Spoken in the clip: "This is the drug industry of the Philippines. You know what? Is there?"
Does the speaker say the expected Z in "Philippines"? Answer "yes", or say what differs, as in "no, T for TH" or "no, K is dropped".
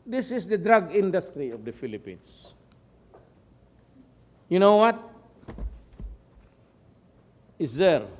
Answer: no, S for Z